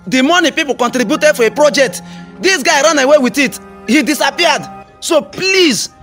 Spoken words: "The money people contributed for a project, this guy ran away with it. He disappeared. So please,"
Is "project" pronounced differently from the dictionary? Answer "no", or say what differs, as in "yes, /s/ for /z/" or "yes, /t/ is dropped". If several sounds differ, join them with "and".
no